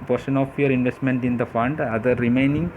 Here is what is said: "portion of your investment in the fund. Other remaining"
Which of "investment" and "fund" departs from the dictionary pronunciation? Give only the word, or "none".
none